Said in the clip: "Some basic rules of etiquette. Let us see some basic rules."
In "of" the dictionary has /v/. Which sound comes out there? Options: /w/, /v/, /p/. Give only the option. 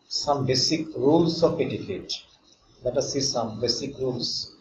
/p/